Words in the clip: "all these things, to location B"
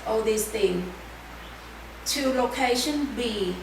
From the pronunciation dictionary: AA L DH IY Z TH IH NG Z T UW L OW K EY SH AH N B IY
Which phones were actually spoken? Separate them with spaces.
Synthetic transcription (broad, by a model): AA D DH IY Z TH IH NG T UW L OW K EY SH AH N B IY